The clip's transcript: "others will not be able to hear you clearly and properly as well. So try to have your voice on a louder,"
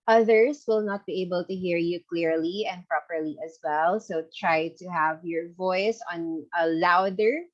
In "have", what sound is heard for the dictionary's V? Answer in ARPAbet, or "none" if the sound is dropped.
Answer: V